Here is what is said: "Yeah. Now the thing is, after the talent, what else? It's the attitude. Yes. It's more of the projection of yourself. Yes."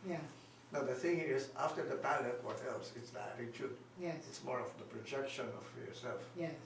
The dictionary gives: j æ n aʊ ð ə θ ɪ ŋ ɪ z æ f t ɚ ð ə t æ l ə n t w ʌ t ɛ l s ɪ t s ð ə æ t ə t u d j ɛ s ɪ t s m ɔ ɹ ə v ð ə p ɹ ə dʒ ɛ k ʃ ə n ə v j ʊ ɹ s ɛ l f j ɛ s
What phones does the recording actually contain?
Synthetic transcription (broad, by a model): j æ n aʊ ð ə θ ɪ ŋ ɪ z æ f t ɚ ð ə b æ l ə t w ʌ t ɛ l s ɪ t s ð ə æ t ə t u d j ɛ ɪ t s m ɔ ɹ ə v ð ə p ɹ ə dʒ ɛ k ʃ ə n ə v j ʊ ɹ s ɛ l f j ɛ